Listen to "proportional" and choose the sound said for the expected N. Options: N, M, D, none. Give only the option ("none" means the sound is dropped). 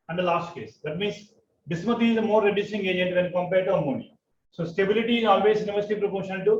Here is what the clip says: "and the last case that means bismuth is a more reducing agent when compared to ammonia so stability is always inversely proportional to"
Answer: none